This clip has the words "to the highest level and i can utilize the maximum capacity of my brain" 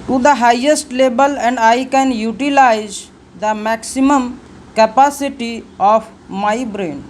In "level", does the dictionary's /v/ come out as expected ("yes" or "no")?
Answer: no